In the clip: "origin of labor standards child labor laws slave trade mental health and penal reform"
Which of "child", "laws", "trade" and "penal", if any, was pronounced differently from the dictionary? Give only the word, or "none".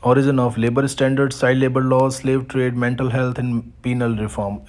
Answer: child